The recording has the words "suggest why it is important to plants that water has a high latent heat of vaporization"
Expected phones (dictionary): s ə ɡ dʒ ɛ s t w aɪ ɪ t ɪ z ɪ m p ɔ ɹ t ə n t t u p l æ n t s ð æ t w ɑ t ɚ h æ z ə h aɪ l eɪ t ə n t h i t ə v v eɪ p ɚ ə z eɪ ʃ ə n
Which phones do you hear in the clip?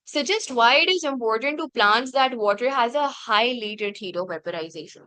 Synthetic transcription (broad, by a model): s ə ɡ dʒ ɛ s t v aɪ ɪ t ɪ z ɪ m p ɔ ɹ t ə n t t u p l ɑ n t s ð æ t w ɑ t ɚ h æ z ə h aɪ l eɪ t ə t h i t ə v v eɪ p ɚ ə z eɪ ʃ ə n